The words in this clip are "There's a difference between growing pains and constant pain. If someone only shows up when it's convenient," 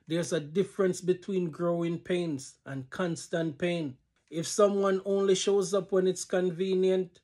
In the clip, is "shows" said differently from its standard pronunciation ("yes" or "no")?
no